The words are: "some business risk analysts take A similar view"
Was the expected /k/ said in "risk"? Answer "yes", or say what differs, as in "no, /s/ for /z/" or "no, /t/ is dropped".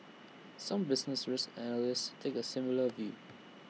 no, /k/ is dropped